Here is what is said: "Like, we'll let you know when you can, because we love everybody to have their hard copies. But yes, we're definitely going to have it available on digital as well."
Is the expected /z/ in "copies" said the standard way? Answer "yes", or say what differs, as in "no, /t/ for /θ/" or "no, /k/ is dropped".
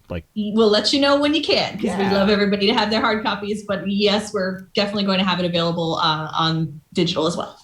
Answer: yes